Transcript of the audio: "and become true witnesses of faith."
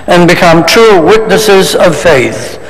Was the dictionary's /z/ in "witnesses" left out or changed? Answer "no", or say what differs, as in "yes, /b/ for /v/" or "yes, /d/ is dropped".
no